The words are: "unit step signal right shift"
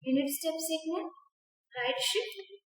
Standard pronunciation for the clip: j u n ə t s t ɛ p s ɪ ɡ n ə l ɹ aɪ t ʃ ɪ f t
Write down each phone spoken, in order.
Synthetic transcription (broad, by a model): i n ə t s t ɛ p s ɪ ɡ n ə n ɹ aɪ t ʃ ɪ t